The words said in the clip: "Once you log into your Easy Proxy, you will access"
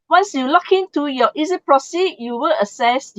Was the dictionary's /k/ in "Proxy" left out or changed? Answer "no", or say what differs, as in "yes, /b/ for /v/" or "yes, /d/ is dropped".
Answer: yes, /k/ is dropped